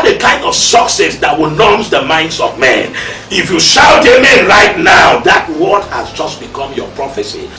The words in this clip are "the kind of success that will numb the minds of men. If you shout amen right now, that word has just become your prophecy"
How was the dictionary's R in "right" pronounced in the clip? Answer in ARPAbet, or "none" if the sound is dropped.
R